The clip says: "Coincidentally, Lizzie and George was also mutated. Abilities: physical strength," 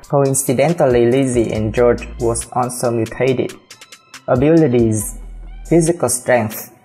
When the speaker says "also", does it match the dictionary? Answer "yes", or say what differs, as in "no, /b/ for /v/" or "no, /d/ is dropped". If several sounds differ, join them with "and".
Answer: no, /n/ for /l/